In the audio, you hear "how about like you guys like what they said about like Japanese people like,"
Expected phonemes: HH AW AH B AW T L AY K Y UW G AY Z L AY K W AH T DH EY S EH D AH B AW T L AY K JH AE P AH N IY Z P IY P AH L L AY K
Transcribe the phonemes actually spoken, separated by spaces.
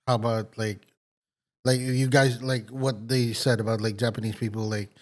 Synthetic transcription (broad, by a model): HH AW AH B AW T L AY K Y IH G AY Z L AY K W AH T DH EY S EH D AH B AW T L AY K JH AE P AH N IY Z P IY P L L AY K